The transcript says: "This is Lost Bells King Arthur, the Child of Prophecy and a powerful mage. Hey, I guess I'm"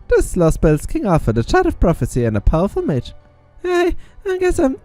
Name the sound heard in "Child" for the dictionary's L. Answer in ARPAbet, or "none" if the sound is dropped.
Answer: none